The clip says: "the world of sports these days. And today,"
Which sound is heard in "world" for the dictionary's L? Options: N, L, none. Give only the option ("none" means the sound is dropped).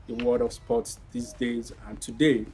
none